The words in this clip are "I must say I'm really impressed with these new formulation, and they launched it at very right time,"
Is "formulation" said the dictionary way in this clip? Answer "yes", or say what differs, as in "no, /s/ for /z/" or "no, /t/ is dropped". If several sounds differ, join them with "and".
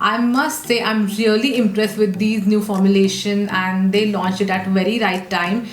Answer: yes